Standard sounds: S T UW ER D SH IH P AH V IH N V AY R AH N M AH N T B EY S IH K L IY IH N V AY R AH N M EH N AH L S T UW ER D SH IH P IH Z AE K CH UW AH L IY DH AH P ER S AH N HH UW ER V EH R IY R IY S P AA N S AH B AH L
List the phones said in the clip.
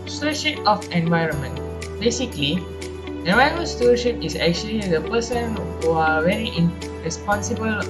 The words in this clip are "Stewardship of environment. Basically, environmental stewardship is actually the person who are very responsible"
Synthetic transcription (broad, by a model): S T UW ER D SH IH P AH F IH N V AY R AH N M AH N T B EY S IH K L IY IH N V AY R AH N M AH N S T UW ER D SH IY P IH S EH K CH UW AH L IY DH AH P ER S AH N HH UW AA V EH R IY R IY S P AA N S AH B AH L